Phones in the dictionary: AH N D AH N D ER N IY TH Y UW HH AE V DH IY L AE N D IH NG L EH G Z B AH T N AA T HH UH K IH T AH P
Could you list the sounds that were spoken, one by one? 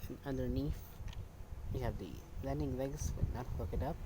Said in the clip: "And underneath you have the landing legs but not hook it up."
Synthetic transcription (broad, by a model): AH N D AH D N IY F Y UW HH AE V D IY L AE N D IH NG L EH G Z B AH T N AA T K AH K IH T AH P